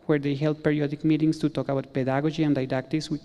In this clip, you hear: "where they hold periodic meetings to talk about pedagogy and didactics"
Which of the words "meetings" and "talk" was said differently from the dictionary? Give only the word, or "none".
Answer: meetings